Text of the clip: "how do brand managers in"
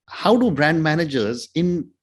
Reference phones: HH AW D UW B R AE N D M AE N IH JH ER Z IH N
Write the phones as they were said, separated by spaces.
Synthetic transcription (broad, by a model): HH AW D UW B R AE N D M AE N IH JH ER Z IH N